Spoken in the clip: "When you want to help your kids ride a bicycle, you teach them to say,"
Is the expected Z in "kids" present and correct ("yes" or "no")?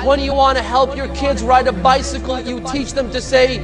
yes